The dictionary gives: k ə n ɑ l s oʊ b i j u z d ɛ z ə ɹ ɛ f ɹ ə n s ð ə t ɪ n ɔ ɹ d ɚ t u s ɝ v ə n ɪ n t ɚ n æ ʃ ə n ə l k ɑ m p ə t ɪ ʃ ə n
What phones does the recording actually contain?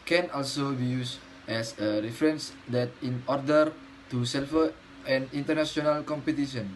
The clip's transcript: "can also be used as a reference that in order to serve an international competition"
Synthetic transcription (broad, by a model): k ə n ɑ l s oʊ b i j u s ɛ s ə ɹ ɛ f ɹ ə n s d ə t ɪ n ɔ ɹ d ɚ t u s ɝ f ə n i n t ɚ n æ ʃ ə n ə l k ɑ m p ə t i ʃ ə n